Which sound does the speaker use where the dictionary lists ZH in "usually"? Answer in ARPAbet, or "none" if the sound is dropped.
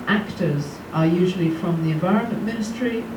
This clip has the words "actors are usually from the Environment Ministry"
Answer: ZH